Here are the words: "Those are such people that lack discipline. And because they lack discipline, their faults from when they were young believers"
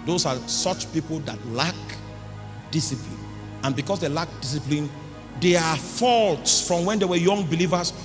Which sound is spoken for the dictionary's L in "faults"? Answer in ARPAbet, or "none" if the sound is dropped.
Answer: L